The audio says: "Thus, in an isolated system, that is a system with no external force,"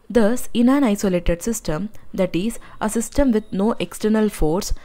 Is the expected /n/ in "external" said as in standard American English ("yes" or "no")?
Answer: yes